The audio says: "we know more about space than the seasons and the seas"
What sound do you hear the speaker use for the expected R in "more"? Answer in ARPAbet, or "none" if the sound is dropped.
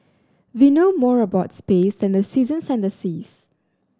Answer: R